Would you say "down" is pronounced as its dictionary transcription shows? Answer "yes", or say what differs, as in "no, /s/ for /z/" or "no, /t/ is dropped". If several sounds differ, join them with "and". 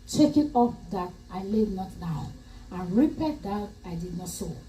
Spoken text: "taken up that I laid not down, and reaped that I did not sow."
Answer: no, /n/ is dropped